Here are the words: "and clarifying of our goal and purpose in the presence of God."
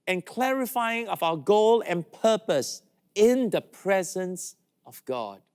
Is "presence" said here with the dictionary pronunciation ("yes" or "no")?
yes